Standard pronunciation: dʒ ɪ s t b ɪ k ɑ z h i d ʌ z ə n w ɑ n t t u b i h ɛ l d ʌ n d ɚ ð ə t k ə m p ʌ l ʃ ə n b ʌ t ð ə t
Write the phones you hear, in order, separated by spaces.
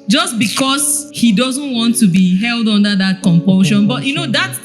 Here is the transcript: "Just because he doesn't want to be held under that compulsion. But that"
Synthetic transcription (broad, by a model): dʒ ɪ s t b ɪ k ɑ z h i d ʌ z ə n w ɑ n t t u b i h ɛ l d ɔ n d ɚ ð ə t k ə m p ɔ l ʃ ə n b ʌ t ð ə t